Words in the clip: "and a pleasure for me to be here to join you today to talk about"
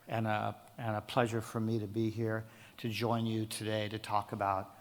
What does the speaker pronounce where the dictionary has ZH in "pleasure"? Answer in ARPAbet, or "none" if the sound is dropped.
ZH